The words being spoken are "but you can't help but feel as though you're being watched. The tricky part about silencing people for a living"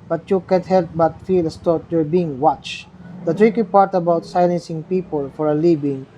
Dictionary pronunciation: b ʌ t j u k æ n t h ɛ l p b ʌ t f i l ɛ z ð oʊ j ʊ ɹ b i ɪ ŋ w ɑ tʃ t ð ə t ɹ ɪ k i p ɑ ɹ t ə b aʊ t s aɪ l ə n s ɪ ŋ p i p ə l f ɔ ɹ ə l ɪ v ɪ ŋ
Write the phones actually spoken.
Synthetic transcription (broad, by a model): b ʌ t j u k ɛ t h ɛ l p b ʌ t f i l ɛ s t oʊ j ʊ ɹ b i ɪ ŋ w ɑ tʃ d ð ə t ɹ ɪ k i p ɑ ɹ t ə b aʊ t s aɪ l ə n s ɪ ŋ p i p ə l f ɔ ɹ ə l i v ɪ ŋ